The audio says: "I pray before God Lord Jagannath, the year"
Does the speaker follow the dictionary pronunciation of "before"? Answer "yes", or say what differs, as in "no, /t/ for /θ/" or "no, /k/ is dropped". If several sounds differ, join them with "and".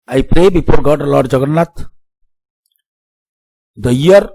no, /p/ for /f/